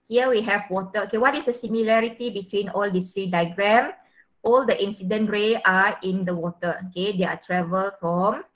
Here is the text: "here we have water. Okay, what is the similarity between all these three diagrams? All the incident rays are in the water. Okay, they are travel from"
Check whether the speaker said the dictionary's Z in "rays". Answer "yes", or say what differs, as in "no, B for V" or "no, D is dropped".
no, Z is dropped